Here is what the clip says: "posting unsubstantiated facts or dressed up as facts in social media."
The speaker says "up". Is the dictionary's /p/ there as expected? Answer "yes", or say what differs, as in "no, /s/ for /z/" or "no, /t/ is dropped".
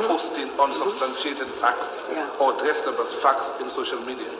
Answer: no, /b/ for /p/